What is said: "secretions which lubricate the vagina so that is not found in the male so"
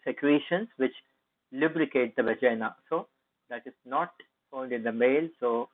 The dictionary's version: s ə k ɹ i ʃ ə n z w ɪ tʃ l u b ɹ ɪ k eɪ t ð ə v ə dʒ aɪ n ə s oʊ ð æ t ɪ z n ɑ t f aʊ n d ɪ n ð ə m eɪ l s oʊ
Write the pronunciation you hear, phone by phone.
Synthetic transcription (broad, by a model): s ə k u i ʃ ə n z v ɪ tʃ l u b ɹ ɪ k eɪ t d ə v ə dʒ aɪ n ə s oʊ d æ t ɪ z n ɑ t f aʊ n d ɪ n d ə m eɪ l s oʊ